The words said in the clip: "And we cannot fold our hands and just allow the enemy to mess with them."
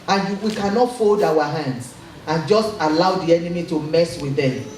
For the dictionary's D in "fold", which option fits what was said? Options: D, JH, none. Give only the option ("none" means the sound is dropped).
D